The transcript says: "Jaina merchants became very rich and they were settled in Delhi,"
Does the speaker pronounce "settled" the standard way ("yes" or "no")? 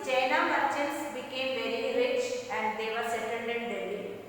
no